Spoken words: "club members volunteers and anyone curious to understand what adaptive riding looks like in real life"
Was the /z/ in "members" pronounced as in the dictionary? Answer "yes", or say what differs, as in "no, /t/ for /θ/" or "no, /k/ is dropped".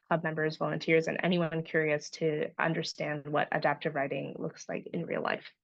yes